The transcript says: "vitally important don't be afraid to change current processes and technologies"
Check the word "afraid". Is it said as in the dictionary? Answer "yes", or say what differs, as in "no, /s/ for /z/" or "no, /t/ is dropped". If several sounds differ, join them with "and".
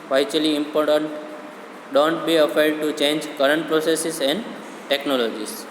no, /ɹ/ is dropped